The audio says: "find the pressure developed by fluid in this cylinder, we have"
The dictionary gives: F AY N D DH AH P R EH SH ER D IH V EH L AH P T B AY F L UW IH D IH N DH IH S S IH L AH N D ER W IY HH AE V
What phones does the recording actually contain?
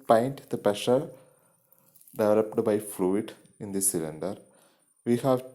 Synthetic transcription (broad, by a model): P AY N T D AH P EH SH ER D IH V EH L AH P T B AY F L UW IH D IH N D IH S S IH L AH N D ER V IY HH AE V